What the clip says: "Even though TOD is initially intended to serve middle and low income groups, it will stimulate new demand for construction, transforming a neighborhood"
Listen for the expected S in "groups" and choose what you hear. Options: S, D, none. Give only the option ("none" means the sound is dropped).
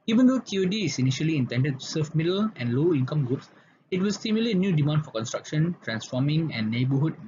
S